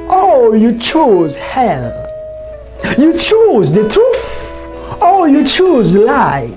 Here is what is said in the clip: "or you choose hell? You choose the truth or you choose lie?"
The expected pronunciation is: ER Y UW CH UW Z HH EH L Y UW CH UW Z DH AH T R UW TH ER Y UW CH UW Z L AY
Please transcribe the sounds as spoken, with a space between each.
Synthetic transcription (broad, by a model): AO Y UW CH UW Z HH EH L Y UW CH UW Z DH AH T UW F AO Y UW CH UW Z L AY